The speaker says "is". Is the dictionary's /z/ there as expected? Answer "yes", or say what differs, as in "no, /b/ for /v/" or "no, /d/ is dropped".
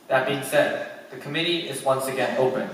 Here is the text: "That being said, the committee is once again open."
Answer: yes